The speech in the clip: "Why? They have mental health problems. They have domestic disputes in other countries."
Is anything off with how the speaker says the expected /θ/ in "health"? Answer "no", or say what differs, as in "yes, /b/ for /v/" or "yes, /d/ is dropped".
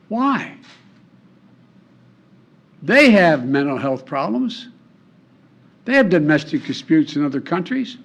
no